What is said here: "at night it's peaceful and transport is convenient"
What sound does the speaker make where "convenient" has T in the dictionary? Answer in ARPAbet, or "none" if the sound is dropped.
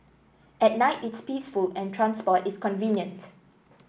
T